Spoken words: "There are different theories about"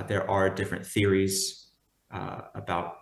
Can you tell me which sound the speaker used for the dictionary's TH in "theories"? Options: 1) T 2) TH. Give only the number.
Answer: 2